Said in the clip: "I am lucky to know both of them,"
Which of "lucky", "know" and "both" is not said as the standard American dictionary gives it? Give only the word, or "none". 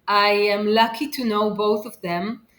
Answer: none